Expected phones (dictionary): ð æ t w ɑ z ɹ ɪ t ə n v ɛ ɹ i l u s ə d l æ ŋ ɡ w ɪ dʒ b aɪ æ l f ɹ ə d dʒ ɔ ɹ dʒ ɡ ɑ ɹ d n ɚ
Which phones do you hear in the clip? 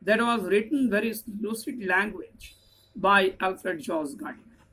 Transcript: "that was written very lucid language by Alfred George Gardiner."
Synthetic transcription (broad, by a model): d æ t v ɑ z ɹ ɪ t ə n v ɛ ɹ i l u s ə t l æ ŋ ɡ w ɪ dʒ b aɪ æ l f ɹ ə d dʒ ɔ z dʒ ɡ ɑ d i